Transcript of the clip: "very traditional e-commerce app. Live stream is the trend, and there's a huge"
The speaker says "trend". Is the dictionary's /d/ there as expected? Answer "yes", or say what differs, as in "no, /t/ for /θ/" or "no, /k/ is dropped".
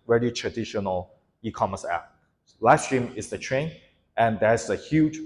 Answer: no, /d/ is dropped